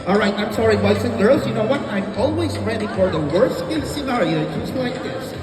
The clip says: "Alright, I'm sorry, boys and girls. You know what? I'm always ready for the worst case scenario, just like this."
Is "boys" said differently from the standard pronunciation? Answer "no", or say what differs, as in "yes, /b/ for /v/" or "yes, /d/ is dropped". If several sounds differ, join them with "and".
yes, /s/ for /z/